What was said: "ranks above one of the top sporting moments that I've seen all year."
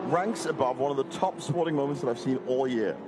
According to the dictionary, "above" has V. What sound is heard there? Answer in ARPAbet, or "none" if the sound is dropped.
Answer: V